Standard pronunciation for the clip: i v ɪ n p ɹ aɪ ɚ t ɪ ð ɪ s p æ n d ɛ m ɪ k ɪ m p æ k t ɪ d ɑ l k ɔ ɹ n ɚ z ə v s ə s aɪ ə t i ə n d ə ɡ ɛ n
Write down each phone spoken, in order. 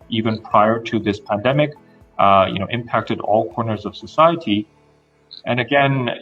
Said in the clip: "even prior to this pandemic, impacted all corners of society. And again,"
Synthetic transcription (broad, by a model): i v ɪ n p ɹ aɪ ɚ t ɪ ð ɪ s p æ n d ɛ m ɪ k ɪ m p æ k t ɪ d ɑ l k ɔ ɹ n ɚ z ə v s ə s aɪ ə t i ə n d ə ɡ ɛ n